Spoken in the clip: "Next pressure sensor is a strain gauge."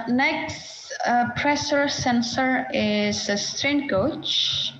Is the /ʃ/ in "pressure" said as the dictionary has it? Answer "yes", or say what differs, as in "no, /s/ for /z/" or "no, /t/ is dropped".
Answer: no, /s/ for /ʃ/